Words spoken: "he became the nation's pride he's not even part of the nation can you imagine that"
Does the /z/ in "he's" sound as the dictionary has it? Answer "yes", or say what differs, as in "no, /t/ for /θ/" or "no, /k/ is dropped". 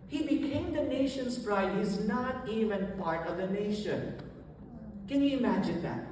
yes